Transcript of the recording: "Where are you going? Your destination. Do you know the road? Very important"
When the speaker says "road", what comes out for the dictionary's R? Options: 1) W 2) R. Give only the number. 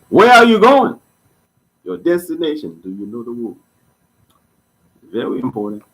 1